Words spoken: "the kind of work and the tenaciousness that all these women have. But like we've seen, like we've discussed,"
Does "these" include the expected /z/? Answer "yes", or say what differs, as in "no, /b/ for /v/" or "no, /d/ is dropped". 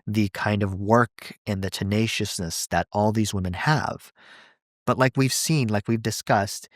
yes